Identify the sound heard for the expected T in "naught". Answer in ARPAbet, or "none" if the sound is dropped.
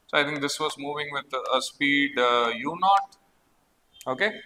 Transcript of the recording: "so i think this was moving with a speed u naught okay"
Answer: T